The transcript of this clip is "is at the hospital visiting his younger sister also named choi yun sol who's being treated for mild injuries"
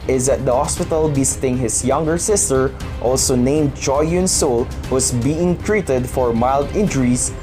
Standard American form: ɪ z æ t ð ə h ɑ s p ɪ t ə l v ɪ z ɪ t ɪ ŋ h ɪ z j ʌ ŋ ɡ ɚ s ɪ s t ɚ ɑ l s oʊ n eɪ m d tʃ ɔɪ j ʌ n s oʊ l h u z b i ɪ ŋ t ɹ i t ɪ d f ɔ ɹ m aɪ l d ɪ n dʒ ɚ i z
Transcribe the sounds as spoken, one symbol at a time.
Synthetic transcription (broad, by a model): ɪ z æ t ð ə h ɑ s p ɪ t ə l b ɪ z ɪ t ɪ ŋ h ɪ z j ʌ ŋ ɡ ɚ s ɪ s t ɚ ɑ l s oʊ n eɪ m d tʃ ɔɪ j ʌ n s oʊ l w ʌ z b i ɪ ŋ t ɹ i t ɪ d f ɔ ɹ m aɪ l d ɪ n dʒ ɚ i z